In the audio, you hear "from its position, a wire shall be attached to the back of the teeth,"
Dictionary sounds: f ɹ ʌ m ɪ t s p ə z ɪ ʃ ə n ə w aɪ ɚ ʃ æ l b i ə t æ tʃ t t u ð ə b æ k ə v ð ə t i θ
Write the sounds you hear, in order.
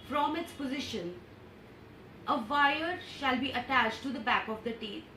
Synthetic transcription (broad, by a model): f ɹ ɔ m ɪ t s p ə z ɪ ʃ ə n ə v aɪ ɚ ʃ æ l b i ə t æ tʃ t t u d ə b æ k ə v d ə t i